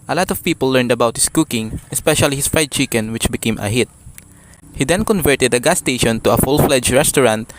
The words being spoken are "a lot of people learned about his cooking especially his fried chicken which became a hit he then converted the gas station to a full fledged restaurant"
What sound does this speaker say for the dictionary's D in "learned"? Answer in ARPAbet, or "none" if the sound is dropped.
D